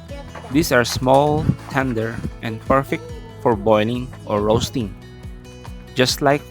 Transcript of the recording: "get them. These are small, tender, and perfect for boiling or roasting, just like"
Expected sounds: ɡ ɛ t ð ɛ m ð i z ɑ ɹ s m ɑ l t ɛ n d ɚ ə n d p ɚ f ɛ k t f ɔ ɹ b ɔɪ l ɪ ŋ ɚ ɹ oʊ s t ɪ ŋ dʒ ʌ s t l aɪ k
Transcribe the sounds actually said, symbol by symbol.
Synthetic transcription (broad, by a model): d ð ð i s ɑ ɹ s m ɑ l t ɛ n d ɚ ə n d p ɚ f ɛ k t f ɔ ɹ b ɔɪ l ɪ ŋ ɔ ɹ oʊ s t ɪ ŋ dʒ ʌ s t l aɪ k